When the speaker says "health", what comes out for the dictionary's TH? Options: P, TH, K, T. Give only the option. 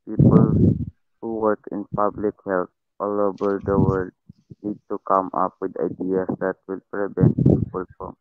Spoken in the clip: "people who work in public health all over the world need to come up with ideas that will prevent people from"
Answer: T